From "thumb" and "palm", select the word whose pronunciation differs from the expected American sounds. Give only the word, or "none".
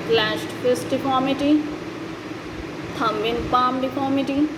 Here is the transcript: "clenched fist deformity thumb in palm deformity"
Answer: thumb